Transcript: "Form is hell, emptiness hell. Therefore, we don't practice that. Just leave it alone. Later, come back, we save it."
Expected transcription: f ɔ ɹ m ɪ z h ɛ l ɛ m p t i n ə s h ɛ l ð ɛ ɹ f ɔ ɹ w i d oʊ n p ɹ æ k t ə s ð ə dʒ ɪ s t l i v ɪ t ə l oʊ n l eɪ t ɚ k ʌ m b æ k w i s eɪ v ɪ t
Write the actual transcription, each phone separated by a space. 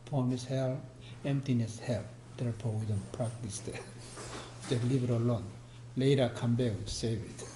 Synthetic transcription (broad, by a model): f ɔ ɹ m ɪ s h ɛ l ɛ m p t i n ə s h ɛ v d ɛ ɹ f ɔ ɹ w i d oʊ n p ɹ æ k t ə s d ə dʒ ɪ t l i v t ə l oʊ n l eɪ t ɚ k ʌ m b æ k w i s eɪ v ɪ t